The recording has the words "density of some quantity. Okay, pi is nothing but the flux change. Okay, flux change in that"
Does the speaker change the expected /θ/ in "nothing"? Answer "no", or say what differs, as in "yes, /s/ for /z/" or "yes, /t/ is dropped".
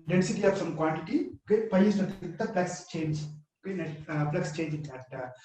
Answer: yes, /t/ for /θ/